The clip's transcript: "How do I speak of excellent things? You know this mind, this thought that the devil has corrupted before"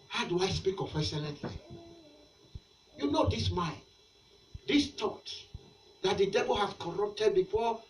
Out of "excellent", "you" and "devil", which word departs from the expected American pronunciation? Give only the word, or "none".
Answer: excellent